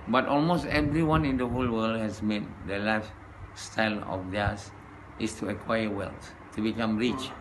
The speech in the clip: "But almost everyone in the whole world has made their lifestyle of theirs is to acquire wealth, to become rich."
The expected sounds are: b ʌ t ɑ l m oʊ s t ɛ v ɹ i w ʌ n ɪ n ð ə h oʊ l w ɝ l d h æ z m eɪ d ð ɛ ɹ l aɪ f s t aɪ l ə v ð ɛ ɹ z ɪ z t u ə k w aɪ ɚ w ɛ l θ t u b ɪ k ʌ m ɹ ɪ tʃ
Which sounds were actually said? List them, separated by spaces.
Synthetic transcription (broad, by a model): b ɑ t ɑ l m oʊ s t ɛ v ɹ i w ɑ n ɪ n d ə h oʊ l w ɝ l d h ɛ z m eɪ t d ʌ l aɪ f s t aɪ l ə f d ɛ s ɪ s t u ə k w aɪ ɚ w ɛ l s t u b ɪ k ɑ m ɹ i tʃ